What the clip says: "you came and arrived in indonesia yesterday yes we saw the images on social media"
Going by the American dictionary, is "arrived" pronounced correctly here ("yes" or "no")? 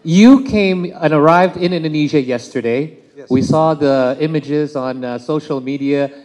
yes